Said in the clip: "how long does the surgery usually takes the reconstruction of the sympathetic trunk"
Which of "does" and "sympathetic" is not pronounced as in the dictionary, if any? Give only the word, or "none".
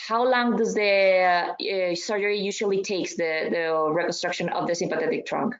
none